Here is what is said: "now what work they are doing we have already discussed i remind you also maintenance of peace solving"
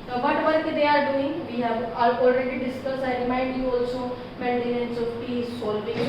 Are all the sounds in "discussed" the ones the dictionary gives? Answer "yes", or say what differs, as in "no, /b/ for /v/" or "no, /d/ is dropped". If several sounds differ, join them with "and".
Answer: no, /t/ is dropped